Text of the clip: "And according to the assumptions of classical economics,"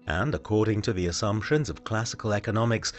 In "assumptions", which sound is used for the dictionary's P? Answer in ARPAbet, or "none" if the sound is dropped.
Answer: P